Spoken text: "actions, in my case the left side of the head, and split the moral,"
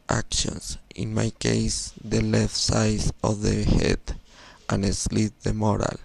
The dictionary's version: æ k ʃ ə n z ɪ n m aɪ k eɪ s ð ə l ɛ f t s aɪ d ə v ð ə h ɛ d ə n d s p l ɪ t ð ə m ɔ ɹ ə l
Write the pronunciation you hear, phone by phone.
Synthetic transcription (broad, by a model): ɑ k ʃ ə n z ɪ n m aɪ k eɪ s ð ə l ɛ f t s aɪ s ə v ð ə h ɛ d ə n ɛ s l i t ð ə m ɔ ɹ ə l